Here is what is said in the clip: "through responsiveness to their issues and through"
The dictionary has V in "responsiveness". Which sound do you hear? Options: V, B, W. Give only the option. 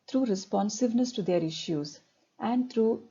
V